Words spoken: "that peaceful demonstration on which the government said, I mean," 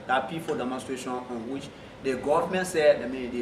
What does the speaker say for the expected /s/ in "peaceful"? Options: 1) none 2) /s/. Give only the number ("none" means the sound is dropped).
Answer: 1